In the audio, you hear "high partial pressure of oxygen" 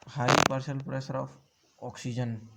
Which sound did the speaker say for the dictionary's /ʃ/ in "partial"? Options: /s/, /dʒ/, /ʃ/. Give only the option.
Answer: /s/